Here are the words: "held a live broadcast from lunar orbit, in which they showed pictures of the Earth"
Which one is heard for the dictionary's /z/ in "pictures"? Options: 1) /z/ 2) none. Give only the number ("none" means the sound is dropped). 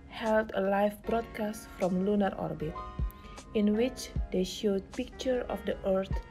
2